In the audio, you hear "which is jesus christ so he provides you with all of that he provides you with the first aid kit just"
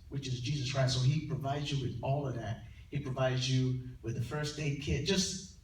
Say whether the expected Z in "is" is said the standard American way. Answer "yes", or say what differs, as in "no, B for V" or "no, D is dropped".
yes